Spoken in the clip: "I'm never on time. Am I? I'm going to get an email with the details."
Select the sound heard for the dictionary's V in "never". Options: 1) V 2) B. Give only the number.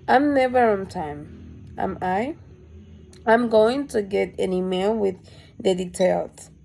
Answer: 1